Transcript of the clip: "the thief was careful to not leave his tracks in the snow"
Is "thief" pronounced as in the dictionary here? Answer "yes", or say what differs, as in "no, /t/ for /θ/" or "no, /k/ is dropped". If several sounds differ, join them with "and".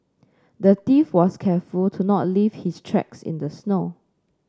no, /t/ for /θ/